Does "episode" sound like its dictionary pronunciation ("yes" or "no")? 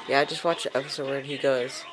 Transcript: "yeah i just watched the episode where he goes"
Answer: no